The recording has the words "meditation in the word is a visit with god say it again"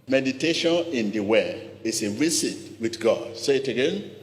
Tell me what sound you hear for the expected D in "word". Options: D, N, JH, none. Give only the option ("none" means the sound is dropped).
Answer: none